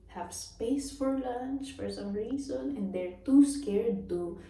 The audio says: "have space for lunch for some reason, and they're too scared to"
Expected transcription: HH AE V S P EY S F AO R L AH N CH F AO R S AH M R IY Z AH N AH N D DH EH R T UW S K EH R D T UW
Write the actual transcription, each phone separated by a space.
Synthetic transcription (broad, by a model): HH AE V S P EY S F AO R L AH N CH F AO R S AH M R IY S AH N AH N D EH R T UW S K EH R D T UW